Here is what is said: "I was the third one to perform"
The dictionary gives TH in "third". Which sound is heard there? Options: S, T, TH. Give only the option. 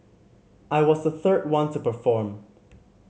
TH